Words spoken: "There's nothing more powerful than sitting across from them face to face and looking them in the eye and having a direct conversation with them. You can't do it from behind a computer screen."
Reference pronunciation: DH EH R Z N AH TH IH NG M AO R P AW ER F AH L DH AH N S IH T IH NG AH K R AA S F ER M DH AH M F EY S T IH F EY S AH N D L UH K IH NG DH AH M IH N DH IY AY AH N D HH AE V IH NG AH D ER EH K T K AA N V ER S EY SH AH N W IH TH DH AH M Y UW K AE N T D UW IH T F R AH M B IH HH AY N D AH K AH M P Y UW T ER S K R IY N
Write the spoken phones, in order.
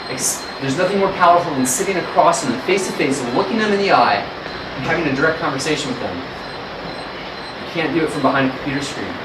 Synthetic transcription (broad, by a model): DH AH R Z N AH TH IH NG M AO R P AW ER F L DH AH N S IH T IH NG AH K R AA S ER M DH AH F EY S T IH F EY AH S L UH K IH NG DH AH M IH N DH IY AY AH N HH AE V IH NG AH D ER EH K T K AA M V ER S EY SH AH N W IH DH AH M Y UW K AE N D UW IH T F R AH M B IH HH AY N D AH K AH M P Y UW T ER S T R IY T